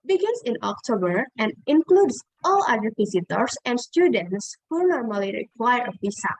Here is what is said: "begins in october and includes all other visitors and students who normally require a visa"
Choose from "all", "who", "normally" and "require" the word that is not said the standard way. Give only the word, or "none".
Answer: none